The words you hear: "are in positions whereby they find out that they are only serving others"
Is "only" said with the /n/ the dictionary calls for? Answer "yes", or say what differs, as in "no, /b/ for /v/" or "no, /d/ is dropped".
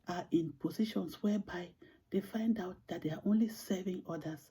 yes